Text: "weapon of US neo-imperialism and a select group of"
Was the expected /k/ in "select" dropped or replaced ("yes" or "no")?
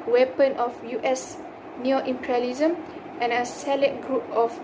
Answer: yes